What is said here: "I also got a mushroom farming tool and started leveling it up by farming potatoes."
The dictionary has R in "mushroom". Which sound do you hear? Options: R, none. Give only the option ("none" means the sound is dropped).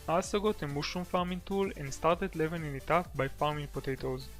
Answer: none